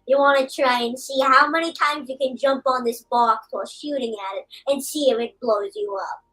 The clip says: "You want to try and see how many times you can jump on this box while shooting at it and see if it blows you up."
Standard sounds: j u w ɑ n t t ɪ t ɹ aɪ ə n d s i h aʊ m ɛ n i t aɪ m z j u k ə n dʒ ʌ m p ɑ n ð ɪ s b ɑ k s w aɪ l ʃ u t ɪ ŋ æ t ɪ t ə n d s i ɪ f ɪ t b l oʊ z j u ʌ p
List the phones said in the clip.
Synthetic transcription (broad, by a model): j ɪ w ɑ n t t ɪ t ɹ aɪ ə n s i h aʊ m ɛ n i t aɪ m z j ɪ k ə n dʒ ʌ m p n ð ɪ s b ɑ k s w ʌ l ʃ u t ɪ ŋ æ t ɪ t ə n s i ɪ f ɪ t b l oʊ z j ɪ ʌ p